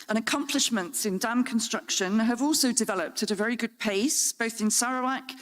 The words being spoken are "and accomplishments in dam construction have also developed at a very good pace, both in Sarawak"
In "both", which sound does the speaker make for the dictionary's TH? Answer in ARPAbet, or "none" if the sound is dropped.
TH